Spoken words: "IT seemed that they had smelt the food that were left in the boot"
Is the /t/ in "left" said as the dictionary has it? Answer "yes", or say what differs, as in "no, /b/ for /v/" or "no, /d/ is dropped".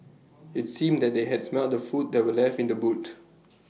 no, /t/ is dropped